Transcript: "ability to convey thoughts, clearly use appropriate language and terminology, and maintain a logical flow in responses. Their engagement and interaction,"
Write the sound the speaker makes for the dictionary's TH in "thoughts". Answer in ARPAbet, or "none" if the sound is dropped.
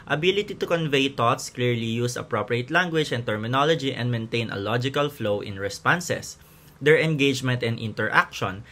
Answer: T